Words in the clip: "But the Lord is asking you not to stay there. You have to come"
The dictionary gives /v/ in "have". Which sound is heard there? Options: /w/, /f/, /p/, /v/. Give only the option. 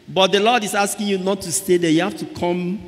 /f/